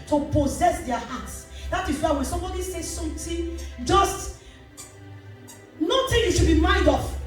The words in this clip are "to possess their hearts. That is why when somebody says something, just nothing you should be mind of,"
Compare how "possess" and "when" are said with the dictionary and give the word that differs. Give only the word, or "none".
none